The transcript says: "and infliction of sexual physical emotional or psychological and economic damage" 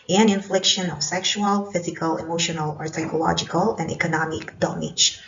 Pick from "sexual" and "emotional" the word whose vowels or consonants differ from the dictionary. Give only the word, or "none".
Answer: none